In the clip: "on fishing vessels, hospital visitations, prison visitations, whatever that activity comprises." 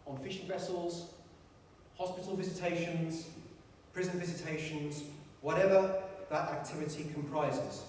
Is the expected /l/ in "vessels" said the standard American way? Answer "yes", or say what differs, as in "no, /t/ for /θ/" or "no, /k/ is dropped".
yes